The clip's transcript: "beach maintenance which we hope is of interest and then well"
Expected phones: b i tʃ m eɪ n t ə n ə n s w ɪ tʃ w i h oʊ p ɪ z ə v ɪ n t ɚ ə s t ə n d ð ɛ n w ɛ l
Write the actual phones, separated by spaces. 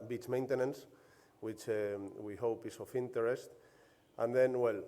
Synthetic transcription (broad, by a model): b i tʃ m eɪ n t ə n ə n s w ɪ tʃ w i h oʊ p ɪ s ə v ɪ n t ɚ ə s t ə n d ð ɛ n w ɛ l